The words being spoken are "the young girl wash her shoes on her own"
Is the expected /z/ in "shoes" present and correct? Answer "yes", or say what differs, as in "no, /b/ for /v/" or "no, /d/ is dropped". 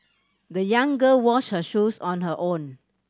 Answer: no, /s/ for /z/